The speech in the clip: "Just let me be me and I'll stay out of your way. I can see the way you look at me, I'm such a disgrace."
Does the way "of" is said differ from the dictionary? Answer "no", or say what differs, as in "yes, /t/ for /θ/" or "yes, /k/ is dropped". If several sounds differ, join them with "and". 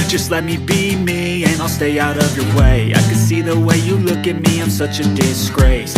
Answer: no